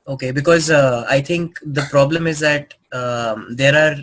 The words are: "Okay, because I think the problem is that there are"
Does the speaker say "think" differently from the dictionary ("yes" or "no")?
yes